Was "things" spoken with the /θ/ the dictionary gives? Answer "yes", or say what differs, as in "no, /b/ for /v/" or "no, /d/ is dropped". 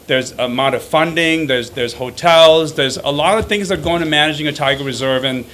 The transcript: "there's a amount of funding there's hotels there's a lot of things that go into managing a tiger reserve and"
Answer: yes